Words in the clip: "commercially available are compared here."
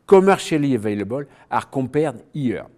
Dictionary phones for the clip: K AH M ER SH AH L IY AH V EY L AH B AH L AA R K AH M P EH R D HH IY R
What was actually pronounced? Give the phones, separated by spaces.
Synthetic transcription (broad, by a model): K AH M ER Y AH L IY AH V EY L AH B AH L AA R K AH P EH R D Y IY R